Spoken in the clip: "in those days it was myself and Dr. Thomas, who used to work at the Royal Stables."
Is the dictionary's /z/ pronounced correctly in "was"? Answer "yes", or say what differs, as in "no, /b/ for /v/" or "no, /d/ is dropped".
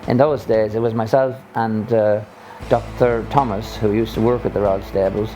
yes